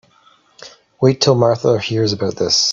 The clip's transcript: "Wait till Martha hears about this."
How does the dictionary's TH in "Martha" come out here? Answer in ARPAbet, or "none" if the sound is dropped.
TH